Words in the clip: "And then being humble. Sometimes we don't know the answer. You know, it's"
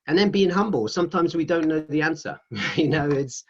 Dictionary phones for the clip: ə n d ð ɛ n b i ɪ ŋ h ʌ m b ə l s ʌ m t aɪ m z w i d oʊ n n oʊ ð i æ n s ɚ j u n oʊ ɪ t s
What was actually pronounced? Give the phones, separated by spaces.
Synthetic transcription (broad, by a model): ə n ð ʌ n b i ɪ ŋ h ʌ m b ə l s ʌ m t aɪ m z w i d oʊ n n oʊ ð i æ n s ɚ j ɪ n oʊ ɪ t s